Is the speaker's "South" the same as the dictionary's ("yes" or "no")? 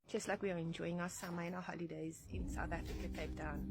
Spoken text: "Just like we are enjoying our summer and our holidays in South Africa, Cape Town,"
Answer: yes